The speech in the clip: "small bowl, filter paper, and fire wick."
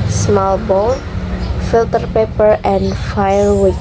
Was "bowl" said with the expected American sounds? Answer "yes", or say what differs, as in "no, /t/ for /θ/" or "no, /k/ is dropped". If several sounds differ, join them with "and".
no, /n/ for /l/